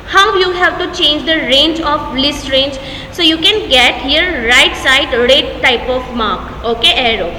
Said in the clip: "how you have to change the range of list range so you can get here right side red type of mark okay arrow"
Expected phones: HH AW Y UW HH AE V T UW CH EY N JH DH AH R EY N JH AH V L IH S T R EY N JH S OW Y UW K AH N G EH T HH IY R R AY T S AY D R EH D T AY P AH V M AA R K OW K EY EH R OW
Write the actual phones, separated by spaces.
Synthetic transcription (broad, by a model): HH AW Y UW HH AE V T UW CH EY N JH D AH R EY N JH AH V L IH S T R EY N JH S OW Y UW K AH N G EH T HH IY R R AY T S AY D R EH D T AY P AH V M AA R K OW K EY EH R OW